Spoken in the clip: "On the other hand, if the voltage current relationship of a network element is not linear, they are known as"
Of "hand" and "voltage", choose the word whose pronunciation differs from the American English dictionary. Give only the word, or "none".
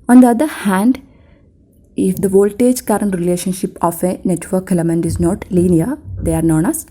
none